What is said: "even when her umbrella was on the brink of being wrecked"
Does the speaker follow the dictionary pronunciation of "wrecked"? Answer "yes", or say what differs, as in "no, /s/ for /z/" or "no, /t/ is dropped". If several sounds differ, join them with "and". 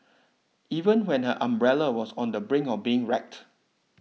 yes